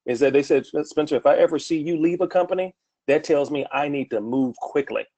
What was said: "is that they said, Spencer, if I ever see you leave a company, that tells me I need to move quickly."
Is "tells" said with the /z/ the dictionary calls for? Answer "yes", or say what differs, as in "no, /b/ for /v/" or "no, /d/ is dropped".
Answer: yes